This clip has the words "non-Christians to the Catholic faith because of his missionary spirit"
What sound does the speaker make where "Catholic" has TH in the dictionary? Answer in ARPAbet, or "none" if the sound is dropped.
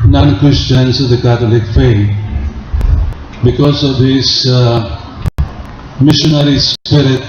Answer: T